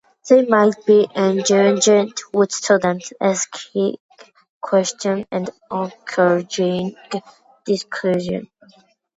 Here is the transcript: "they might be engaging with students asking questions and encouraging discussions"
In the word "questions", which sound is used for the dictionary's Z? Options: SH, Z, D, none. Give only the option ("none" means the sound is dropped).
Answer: none